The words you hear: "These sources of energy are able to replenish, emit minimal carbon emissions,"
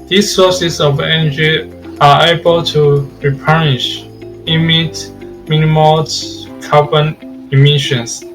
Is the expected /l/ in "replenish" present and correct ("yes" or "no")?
no